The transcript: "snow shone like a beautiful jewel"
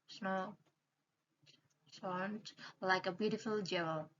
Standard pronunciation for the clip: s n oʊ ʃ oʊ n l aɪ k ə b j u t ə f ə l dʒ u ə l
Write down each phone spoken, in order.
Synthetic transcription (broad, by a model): s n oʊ s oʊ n l aɪ k ə b j u t ə f ə l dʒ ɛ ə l